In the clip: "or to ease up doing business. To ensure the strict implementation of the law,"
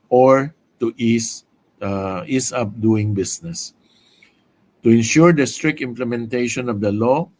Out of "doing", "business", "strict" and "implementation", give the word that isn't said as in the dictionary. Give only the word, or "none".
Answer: business